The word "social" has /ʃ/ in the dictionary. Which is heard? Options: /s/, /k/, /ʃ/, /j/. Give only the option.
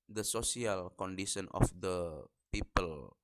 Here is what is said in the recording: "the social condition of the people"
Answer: /s/